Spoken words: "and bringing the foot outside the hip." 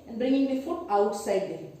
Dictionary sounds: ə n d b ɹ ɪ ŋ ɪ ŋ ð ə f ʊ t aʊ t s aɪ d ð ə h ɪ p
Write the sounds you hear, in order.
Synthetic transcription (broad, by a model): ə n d b ɹ ɪ ŋ ɪ ŋ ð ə f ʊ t aʊ t s aɪ d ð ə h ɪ